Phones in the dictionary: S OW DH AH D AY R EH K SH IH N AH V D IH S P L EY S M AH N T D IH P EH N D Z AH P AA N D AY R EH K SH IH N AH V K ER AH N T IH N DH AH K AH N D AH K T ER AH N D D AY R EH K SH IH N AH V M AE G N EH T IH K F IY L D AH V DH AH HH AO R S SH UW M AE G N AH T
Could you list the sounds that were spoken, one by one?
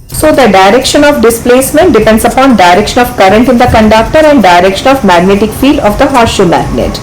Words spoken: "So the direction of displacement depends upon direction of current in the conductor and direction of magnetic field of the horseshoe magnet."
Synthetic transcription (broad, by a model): S OW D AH D AY R EH K SH IH N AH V D IH S P L EY S M AH N T D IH P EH N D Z AH P AA N D AY R EH K SH IH N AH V K ER AH N T IH N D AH K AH N D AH K T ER AH N D D AY R EH K SH IH N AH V M AE G N EH T IH K F IY L D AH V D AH HH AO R SH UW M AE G N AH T